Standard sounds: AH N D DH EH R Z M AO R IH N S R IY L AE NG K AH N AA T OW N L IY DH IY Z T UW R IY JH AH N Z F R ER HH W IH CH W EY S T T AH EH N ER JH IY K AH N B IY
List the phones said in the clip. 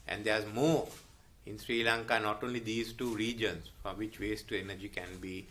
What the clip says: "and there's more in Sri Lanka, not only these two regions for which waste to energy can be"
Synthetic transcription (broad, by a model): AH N D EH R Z M AO R IH N S R IY L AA NG K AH N AA T OW N L IY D IY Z T UW R IY JH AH N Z F R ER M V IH CH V EY S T T AH EH N ER JH IY K AH N B IY